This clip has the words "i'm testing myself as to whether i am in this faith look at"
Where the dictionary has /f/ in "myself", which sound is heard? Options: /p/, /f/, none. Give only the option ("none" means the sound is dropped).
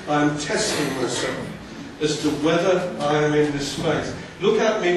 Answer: none